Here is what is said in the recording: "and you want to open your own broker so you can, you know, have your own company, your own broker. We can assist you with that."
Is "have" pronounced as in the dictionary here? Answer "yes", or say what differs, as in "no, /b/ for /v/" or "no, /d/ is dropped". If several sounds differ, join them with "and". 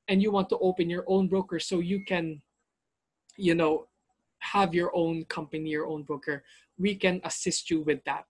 yes